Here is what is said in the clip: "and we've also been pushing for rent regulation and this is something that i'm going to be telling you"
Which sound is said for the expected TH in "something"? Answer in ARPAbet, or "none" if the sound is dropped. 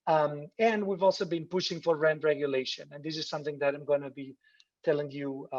TH